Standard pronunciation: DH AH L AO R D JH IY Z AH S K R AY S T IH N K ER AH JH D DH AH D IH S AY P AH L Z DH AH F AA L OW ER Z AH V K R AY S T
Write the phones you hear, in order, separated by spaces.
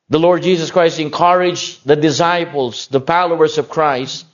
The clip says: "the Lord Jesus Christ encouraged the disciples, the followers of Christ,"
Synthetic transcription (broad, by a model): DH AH L AO R D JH IY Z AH S K R AY S T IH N K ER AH JH DH AH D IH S AY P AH L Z DH AH P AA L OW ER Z AH V K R AY S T